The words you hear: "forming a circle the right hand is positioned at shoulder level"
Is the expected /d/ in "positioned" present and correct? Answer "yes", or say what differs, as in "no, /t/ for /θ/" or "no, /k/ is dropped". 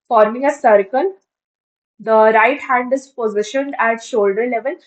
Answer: yes